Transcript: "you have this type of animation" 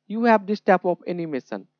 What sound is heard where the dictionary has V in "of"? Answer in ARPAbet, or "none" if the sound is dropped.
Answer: P